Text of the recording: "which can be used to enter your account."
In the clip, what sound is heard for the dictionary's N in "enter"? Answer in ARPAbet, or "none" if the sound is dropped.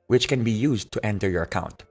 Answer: N